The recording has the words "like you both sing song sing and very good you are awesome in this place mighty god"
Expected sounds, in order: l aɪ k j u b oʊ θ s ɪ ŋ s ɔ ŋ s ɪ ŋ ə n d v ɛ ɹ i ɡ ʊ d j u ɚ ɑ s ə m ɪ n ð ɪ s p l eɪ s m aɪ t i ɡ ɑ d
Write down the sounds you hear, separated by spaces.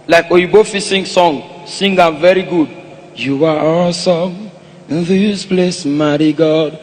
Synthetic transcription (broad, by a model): l aɪ k j u b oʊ f s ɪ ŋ s ɔ ŋ s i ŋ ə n v ɛ ɹ i ɡ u d j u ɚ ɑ s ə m ɪ n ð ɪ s p l eɪ s m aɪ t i ɡ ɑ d